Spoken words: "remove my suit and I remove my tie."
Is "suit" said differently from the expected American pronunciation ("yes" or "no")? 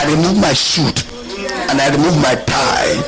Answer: yes